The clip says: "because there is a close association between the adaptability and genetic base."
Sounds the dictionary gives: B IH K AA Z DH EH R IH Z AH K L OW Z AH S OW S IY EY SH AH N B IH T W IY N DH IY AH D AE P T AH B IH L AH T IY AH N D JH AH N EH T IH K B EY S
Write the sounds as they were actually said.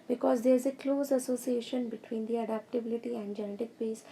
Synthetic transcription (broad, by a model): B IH K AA Z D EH R IH Z AH K L OW Z AH S OW S IY EY SH AH N B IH T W IY N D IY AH D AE P T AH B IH L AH T IY AH N D JH AH N EH T IH K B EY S